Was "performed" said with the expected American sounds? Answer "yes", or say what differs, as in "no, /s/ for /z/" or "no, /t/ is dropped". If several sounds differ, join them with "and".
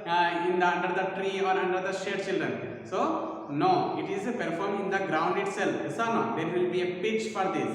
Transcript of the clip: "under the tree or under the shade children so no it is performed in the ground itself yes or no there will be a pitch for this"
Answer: no, /d/ is dropped